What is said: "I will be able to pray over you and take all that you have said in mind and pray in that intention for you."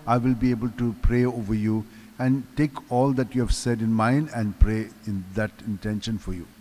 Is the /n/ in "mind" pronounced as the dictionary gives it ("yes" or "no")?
yes